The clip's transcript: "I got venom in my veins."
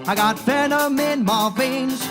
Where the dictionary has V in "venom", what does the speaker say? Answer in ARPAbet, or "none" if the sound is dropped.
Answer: F